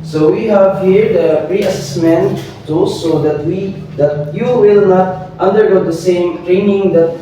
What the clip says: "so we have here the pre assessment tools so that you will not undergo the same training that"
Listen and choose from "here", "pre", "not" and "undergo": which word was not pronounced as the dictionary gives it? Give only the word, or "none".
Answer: none